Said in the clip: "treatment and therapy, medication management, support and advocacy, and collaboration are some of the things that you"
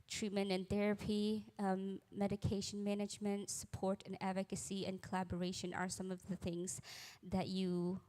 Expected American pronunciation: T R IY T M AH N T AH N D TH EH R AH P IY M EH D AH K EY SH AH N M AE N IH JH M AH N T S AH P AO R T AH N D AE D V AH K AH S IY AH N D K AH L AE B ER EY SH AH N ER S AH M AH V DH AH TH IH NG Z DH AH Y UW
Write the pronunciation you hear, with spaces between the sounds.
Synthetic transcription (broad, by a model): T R IY T M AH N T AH N TH EH R AH P IY M EH D AH K EY SH AH N M AE N IH JH M AH N T S AH P AO R T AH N AE D V AH K AH S IY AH N K AH L AE B ER EY SH AH N ER S AH M AH V DH AH TH IH NG Z DH AH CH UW